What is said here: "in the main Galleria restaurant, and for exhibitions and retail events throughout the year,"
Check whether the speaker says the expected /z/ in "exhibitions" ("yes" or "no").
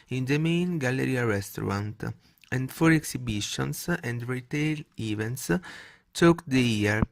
no